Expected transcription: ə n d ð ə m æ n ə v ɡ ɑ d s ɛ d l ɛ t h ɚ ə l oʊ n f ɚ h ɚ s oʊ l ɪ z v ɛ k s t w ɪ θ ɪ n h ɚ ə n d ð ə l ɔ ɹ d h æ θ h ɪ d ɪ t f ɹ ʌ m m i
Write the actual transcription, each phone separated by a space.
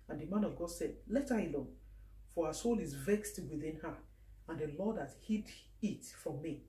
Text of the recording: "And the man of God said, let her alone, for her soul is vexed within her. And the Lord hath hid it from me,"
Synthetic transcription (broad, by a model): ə n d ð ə m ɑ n ə v ɡ ɑ d s ɛ d l ɛ t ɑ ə l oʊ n f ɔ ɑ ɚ s oʊ l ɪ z v ɛ k s t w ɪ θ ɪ n h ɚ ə n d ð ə l ɔ d h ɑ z h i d ɪ t f ɹ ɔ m m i